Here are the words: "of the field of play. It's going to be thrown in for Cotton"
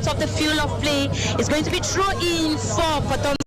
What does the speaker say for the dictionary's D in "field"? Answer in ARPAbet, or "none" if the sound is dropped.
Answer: none